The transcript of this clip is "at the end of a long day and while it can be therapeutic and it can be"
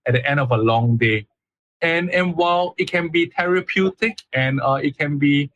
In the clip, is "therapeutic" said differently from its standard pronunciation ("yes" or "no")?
yes